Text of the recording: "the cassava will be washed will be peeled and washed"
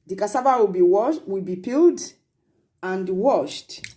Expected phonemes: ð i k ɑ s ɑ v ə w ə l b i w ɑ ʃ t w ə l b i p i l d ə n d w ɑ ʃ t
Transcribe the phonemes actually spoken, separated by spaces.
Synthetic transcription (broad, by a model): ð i k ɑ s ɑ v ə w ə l b i w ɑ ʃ w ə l b i p i l d ə n d w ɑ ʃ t